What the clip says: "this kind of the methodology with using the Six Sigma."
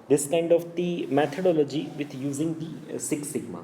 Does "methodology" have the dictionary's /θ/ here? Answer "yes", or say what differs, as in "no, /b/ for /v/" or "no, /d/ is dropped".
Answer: no, /t/ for /θ/